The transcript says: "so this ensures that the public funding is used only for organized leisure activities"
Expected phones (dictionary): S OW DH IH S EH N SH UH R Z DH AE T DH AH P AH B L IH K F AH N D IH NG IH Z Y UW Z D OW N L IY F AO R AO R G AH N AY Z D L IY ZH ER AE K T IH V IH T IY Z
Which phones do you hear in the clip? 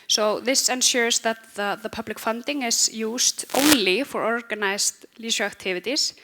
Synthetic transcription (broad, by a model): S OW DH IH S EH N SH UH R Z DH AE T DH AH P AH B L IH K F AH N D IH NG IH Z Y UW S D OW N L IY F AO R AO R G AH N AY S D L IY SH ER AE K T IH V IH T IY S